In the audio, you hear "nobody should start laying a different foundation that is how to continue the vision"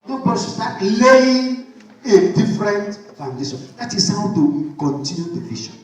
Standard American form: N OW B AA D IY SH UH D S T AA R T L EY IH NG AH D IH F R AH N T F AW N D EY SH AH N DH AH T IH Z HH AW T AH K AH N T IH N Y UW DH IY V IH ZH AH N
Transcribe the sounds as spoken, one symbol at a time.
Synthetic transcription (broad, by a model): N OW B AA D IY S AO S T AA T L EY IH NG AH D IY F R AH N T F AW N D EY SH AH N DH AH T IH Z HH AW T AH K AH N T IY N Y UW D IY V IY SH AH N